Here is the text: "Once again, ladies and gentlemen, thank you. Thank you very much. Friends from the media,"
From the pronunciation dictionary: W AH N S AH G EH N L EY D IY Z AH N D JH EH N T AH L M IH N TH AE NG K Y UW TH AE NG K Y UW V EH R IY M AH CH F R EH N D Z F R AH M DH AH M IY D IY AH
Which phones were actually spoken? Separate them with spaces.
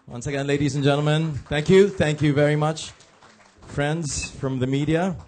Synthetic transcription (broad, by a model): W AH N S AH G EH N L EY D IY Z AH N JH EH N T L M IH N TH AE NG K Y UW TH AE NG K Y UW V EH R IY M AH CH F R EH N D Z F R AH M DH AH M IY D IY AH